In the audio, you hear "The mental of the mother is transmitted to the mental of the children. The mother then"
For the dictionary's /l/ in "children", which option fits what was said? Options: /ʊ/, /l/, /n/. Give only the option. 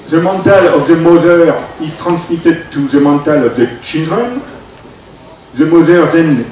/n/